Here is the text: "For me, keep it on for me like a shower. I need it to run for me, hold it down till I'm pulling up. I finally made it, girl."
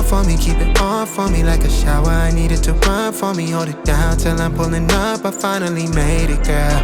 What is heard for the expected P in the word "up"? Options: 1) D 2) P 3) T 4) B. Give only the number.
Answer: 4